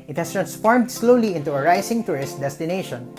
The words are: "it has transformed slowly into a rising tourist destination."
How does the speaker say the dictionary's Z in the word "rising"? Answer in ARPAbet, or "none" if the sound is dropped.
S